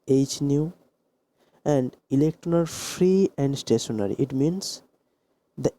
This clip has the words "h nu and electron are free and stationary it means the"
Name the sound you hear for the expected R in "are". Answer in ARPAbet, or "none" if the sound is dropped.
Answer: L